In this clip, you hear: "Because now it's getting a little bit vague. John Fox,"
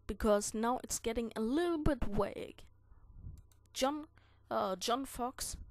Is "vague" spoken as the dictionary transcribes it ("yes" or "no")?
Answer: no